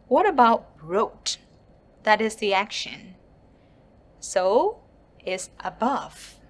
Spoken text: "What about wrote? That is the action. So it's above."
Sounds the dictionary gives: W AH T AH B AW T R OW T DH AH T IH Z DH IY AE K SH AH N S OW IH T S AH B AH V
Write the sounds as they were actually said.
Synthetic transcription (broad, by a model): W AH T AH B AW T R OW T DH AH T IH Z DH IY AE K SH AH N S OW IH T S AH B AH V